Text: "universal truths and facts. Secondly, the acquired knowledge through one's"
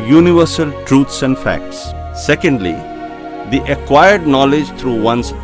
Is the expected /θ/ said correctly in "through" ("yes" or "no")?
no